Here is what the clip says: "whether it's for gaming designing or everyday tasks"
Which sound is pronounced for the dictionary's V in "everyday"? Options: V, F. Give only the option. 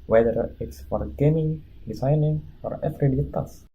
F